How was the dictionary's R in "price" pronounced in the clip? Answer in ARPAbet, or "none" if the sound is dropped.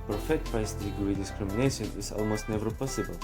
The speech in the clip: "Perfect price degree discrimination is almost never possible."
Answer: none